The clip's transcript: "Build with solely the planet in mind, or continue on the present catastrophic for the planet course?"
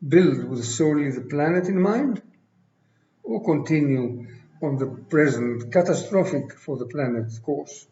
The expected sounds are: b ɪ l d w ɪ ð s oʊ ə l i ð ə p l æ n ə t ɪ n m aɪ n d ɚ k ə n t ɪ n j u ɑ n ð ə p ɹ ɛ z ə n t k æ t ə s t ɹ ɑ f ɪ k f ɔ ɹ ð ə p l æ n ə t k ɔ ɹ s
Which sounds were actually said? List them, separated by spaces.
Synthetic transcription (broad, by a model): b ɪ l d w ɪ ð s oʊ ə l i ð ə p l æ n ə t ɪ n m aɪ n d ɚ k ə n t ɪ n j u ɑ n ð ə p ɹ ɛ z ə n t k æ t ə s t ɹ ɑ f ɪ k f ɔ ɹ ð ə p l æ n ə t k ɔ ɹ s